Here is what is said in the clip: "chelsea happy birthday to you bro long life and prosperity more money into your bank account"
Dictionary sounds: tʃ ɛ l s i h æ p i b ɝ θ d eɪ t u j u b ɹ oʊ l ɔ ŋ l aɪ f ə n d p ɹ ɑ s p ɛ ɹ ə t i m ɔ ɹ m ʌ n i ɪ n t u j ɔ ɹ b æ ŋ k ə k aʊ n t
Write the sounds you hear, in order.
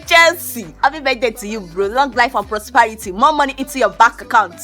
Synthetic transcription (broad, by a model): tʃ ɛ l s i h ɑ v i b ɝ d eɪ t u j u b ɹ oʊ l ɔ ŋ l aɪ f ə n p ɹ ɑ s p ɛ ɹ ə t i m ɔ m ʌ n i ɪ n t u j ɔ b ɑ k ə k aʊ n t